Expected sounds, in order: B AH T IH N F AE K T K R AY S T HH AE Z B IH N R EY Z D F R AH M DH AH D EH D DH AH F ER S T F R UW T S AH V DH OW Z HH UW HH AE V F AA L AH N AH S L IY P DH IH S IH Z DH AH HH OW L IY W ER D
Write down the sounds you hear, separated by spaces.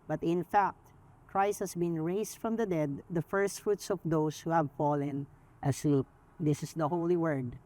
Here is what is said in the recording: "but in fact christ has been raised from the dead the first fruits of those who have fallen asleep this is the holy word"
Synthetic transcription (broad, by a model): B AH T IH N F AE K T K R AY S T HH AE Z B IH N R EY S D F R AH M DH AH D EH D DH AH F ER S T F R UW T S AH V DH OW S HH UW HH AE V F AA L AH N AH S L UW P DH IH S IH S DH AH HH OW L IY W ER D